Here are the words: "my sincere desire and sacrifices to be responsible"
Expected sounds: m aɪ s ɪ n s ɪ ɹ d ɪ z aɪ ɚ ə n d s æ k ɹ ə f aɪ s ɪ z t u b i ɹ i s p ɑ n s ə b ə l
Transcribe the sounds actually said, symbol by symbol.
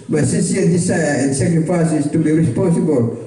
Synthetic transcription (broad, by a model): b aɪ s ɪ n s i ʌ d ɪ s aɪ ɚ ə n s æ k ɹ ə f aɪ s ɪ s t u b i ɹ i s p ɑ n s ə b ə l